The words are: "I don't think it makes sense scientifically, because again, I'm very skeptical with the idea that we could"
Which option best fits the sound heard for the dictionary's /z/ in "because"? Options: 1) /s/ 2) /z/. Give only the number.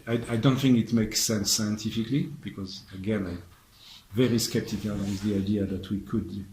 2